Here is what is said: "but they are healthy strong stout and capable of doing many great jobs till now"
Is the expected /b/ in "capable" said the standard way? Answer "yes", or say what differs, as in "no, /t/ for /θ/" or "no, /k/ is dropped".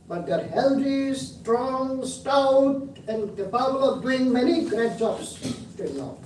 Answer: no, /b/ is dropped